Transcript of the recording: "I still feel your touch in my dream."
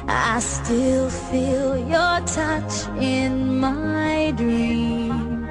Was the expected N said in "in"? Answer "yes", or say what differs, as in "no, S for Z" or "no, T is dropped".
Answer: yes